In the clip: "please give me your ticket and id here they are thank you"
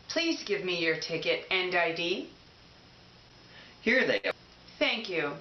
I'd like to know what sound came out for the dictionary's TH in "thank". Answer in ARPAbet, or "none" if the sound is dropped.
TH